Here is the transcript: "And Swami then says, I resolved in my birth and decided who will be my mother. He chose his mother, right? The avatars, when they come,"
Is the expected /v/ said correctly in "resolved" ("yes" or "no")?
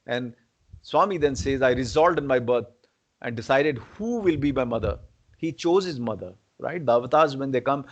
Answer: no